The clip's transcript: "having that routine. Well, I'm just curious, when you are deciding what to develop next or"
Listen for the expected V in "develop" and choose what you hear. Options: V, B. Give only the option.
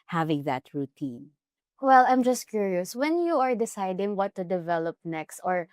V